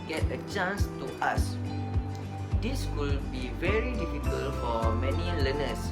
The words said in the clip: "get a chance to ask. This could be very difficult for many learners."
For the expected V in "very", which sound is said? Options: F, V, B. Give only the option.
V